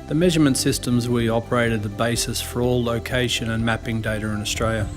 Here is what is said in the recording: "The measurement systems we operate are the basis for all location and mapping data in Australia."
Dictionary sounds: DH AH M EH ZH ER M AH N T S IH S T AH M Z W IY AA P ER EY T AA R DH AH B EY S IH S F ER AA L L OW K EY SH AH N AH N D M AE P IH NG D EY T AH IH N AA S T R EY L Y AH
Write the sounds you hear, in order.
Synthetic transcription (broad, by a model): DH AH M EH ZH ER M AH N T S IH S T AH M Z W IY AA P ER EY T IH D DH AH B EY S IH S F ER AA L L OW K EY SH AH N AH N M AE P IH NG D EY T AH IH N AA S T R EY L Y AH